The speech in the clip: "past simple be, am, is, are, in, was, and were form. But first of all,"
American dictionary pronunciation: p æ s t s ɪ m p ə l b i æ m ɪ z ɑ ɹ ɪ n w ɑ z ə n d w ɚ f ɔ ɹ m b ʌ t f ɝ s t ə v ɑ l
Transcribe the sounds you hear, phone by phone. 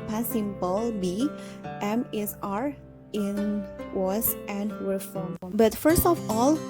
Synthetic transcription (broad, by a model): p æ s s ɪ m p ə l b i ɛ m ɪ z ɑ ɹ ɪ n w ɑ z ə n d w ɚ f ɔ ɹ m b ʌ t f ɝ s t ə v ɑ l